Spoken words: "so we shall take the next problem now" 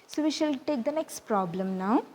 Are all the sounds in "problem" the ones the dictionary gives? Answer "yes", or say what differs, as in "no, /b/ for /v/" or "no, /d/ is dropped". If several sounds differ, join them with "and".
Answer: yes